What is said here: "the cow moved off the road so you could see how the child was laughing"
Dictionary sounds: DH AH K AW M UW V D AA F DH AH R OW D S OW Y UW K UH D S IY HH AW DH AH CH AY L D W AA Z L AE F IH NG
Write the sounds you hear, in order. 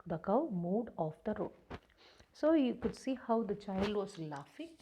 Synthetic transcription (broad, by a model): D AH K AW M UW D AA F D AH R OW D S OW Y UW K UH D S IY HH AW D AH CH AY L D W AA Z L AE F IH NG